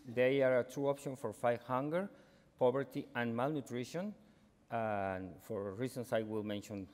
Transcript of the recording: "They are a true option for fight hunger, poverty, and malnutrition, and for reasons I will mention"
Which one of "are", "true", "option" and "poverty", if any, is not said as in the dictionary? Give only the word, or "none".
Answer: poverty